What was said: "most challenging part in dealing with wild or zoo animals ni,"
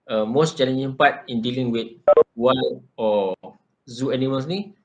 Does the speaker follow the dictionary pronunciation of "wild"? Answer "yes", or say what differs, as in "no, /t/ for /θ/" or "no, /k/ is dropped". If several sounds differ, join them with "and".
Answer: no, /d/ is dropped